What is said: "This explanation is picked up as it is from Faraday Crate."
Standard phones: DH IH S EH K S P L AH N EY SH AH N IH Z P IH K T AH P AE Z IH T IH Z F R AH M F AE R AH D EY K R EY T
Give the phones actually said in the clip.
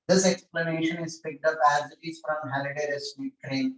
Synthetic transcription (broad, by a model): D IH S EH K S P L AH N EY SH AH N IH Z P IH K T AH P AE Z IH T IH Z F R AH M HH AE L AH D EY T R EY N